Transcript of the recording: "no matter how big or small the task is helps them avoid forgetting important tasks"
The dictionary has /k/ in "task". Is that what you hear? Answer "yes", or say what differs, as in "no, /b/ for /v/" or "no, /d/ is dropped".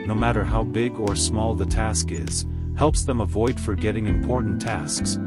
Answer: yes